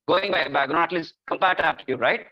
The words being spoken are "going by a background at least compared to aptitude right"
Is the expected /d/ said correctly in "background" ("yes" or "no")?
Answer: no